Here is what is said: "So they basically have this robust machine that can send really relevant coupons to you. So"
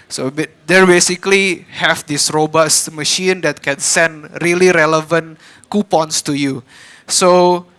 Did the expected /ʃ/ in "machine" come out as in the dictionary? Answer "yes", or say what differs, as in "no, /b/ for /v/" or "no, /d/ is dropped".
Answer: yes